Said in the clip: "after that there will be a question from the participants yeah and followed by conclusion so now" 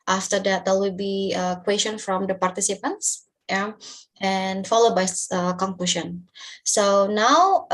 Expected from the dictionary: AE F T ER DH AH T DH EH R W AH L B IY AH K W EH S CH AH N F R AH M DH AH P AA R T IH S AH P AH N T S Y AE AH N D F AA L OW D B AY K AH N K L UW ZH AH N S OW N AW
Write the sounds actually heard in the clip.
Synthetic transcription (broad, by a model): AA F T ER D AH T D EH L W AH L B IY AH K W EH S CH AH N F R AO M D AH P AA R T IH S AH P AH N T S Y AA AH N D F AA L OW D B AY K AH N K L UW SH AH N S OW N AW